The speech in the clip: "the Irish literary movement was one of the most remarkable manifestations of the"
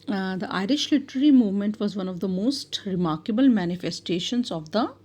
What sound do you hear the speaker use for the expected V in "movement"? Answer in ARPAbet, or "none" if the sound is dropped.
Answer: V